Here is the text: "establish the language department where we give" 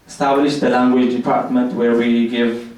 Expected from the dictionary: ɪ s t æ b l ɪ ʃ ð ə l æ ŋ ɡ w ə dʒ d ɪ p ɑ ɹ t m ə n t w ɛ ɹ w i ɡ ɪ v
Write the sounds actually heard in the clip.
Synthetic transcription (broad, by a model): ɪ s t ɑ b l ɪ ʃ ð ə l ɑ ŋ ɡ w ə dʒ d ɪ p ɑ ɹ t m ə n t w ɛ ɹ w i ɡ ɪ v